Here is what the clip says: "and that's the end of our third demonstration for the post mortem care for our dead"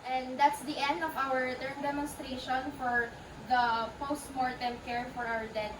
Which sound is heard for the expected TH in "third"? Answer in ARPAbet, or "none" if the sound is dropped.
T